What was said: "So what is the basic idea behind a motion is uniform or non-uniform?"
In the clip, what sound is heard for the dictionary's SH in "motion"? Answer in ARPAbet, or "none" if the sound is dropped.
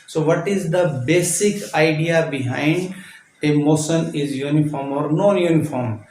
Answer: S